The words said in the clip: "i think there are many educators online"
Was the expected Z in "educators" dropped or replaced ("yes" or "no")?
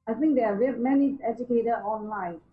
yes